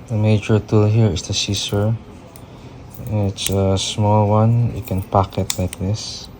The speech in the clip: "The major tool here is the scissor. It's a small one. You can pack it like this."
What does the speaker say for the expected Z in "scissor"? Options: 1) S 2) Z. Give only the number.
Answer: 1